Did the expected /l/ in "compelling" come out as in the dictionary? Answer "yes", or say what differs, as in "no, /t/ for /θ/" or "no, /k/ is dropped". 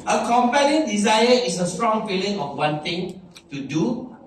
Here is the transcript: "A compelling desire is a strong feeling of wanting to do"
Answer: no, /n/ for /l/